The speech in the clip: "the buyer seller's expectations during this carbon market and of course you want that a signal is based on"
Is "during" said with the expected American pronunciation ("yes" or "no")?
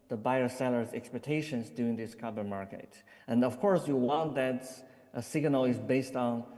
no